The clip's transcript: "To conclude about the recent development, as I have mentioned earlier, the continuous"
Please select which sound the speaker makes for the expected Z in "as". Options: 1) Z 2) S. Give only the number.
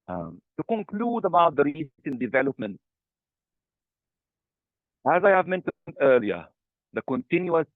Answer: 1